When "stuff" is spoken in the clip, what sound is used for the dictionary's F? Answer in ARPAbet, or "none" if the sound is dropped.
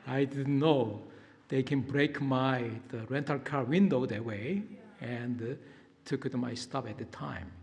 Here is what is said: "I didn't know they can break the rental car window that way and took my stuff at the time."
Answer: P